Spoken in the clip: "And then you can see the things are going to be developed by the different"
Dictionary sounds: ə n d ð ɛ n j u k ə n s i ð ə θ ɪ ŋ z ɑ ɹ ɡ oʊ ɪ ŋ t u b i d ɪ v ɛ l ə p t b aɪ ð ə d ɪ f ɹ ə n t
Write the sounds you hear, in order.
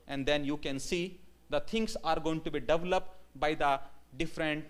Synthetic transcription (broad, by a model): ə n d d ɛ n j u k ə n s i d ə t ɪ ŋ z ɑ ɹ ɡ oʊ ɪ ŋ t u b i d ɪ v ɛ l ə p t b aɪ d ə d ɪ f ɹ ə n t